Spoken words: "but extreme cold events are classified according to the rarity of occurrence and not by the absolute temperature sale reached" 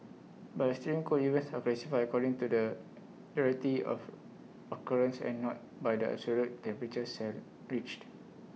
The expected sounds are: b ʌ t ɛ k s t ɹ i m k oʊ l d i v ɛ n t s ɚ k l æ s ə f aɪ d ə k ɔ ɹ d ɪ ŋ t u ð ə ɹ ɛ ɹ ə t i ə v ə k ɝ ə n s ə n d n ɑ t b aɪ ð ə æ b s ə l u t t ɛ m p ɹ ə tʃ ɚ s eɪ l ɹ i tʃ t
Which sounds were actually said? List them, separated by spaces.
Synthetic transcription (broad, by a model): b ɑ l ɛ s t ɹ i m k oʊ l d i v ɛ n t s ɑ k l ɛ s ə f aɪ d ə k ɔ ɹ d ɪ ŋ t u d ə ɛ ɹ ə t i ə f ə k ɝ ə n s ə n n ɑ t b aɪ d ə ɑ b s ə l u t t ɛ m p ɹ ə tʃ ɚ s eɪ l ɹ i tʃ t